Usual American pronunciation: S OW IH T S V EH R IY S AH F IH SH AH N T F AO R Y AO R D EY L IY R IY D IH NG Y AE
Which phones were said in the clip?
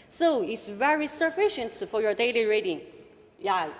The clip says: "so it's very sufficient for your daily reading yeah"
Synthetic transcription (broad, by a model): S OW IH T S V EH R IY S AH F IH SH AH N T F AO R Y AO R D EY L IY R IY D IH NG Y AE